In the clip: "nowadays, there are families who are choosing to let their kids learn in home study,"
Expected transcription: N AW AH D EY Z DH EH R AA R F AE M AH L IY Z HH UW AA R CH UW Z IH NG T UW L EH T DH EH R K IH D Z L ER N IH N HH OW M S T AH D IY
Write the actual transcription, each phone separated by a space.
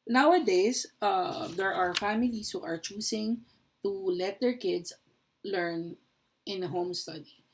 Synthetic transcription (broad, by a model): N AW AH D EY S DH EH R AA R F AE M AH L IY S HH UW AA R CH UW S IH NG T UW L EH T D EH R K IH D S L ER N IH N HH OW M S T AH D IY